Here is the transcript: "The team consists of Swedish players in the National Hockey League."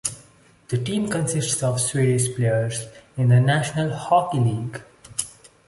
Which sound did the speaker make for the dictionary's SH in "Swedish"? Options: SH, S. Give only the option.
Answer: S